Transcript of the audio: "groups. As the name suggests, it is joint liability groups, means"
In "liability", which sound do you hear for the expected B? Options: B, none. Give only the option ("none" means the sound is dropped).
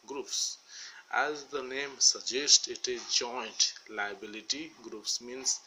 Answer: B